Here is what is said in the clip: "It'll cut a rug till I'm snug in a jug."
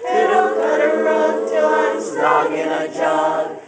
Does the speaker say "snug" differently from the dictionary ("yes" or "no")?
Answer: yes